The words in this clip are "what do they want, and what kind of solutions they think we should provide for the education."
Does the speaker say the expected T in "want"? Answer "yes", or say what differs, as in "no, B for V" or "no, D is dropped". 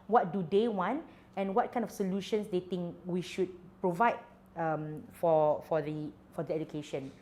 yes